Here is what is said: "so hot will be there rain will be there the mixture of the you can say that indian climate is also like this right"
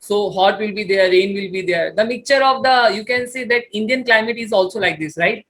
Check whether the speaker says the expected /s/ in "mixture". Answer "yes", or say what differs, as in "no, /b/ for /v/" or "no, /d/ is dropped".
no, /s/ is dropped